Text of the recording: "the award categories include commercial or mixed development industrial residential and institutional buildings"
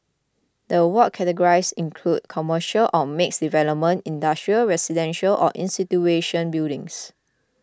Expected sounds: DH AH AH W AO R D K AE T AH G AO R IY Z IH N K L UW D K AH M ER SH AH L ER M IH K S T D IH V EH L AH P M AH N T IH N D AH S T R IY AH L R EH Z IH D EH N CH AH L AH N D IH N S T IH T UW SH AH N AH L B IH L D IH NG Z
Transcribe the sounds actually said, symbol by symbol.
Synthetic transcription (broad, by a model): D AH AH W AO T K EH T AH G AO R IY S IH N K L UW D K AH M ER SH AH L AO M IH K S D IH V EH L AH P M AH N T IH N D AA S T R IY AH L R EH S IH D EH N SH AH L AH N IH N S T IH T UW AH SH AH N B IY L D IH NG S